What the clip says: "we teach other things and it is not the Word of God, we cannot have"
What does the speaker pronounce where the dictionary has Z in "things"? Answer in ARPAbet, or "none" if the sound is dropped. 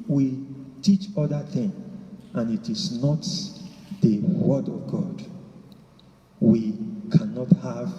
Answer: none